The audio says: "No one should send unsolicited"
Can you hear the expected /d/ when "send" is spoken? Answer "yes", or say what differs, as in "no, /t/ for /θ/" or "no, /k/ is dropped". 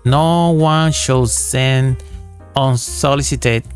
no, /d/ is dropped